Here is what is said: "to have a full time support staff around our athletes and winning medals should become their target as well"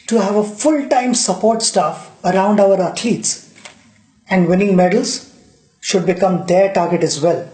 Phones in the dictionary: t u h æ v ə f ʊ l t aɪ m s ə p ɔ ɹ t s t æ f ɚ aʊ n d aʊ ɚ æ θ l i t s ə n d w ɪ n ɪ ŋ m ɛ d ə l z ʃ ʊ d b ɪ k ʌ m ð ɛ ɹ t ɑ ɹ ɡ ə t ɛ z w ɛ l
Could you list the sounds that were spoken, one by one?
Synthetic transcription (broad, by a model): t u h æ v ə f ʊ l t aɪ m s ə p ɔ ɹ t s t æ f ɚ aʊ n d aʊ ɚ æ t l i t s ə n d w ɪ n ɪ ŋ m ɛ d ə l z ʃ ʊ d b ɪ k ʌ m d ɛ ɹ t ɑ ɹ ɡ ə t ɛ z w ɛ l